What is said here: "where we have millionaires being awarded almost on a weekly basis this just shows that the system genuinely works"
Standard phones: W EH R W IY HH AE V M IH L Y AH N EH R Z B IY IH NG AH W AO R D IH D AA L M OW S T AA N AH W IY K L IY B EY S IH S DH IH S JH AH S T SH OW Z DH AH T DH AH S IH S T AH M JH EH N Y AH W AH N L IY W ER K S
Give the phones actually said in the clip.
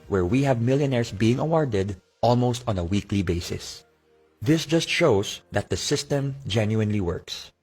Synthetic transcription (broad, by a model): W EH R W IY HH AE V M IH L Y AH N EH R S B IY IH NG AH W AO R D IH D AA L M OW S T AA N AH W IY K L IY B EY S IH S DH IH S JH AH S T SH OW S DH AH T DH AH S IH S T AH M JH EH N Y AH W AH N L IY W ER K S